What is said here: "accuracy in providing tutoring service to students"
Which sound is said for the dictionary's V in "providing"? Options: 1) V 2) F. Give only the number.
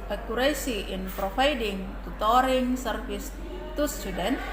2